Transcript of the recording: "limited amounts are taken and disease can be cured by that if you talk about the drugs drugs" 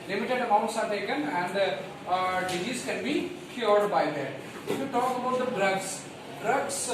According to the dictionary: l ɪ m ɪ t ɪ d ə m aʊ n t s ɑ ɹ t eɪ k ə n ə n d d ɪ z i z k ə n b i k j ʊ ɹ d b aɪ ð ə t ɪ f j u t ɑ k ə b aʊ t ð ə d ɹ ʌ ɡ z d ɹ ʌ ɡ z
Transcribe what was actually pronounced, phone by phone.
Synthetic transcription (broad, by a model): l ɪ m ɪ t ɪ d ə m aʊ n t s ɑ ɹ t eɪ k ə n ə n d d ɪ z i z k ə n b i k j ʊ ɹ d b aɪ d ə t ɪ f j u t ɑ k ə b aʊ t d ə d ɹ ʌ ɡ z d ɹ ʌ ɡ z